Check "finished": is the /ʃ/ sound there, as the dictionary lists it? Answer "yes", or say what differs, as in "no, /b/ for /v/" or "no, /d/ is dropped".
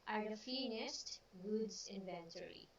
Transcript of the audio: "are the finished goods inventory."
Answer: no, /s/ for /ʃ/